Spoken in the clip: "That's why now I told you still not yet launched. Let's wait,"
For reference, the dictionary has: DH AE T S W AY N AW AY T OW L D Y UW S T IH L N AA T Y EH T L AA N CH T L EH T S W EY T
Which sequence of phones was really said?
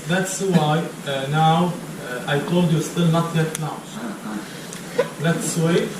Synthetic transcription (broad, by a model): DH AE T S W AY N AW AY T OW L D Y UW S T IH L N AA T Y EH T N AA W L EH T S W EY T